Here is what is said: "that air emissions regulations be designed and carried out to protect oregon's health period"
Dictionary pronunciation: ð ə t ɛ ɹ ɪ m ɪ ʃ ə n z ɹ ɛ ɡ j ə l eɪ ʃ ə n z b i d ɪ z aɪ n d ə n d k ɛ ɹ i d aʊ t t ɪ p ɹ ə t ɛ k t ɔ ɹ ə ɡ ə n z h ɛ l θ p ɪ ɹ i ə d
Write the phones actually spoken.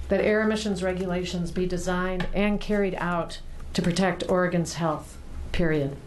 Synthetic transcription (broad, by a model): ð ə t ɛ ɹ ɪ m ɪ ʃ ə n z ɹ ɛ ɡ j ə l eɪ ʃ ə n z b i d ɪ z aɪ n d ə n k ɛ ɹ i d aʊ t t ɪ p ɹ ə t ɛ k t ɔ ɹ ə ɡ ə n z h ɛ l θ p ɪ ɹ i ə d